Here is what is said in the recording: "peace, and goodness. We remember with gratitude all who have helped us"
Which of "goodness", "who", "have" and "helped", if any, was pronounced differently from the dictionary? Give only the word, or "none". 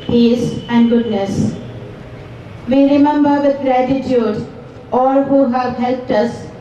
none